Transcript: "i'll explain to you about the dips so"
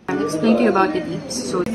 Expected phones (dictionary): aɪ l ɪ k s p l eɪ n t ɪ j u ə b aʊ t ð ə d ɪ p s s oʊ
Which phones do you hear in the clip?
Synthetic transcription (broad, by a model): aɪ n ɪ k s p l eɪ n t ɪ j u ə b aʊ t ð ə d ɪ s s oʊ